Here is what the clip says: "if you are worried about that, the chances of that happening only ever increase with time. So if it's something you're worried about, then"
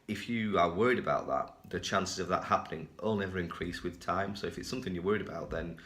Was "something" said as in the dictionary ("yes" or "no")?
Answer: yes